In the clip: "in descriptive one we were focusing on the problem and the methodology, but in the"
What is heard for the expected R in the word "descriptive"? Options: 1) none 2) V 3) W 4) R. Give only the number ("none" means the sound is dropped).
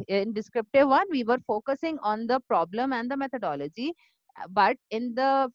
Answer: 4